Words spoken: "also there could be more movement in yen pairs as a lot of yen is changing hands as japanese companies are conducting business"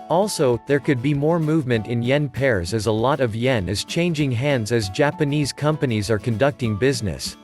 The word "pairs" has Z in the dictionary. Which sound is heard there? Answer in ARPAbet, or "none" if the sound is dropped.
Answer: Z